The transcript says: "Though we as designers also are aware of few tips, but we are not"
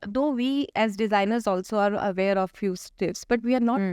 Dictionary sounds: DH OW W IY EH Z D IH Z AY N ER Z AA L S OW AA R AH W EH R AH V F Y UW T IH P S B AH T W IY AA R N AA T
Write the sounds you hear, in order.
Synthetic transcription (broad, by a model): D OW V IY EH Z D IH Z AY N ER Z AA L S OW AA R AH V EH R AH V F Y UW T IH F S B AH T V IY AA R N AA